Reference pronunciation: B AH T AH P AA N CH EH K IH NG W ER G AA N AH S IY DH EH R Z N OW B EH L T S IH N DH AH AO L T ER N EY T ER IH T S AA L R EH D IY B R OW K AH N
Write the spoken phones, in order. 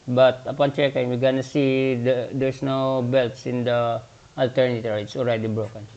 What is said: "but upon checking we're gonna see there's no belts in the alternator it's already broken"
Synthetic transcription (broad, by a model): B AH T AH P AA N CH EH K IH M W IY G AA N AH S IY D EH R S N OW B EH L T S IH N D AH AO L T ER N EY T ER IH T S AA L R EH D IY B R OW K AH N